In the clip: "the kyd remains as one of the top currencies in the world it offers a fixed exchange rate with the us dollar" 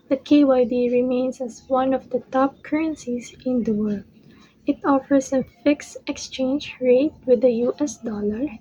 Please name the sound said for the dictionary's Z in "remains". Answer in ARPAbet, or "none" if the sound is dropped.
S